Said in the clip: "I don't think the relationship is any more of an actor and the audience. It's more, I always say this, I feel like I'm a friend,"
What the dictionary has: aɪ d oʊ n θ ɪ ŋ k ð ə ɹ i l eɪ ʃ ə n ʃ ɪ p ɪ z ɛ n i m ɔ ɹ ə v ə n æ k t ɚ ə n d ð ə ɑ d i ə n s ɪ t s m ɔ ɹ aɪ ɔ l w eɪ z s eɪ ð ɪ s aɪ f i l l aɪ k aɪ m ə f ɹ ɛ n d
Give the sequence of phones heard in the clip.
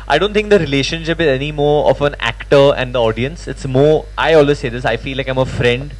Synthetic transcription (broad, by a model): aɪ d oʊ n t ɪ ŋ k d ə ɹ i l eɪ ʃ ə n ʃ ɪ p ɪ z ɛ n i m ɔ ɹ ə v ə n æ k t ɚ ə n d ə ɑ d i ə n s ɪ t s m ɔ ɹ aɪ ɔ l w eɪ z s eɪ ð ɪ s aɪ f i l l aɪ k aɪ m ə f ɹ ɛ n d